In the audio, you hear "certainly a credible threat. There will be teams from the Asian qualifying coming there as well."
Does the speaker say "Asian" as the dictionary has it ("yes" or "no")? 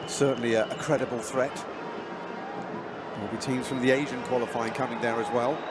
yes